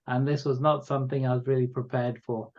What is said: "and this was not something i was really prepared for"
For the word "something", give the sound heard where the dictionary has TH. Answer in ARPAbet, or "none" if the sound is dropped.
TH